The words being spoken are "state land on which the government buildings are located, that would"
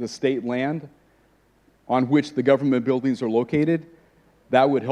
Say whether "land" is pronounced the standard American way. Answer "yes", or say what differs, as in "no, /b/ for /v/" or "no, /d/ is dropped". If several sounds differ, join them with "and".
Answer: yes